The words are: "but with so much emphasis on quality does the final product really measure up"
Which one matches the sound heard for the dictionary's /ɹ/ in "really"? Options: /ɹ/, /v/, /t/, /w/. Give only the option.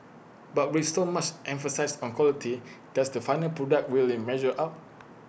/w/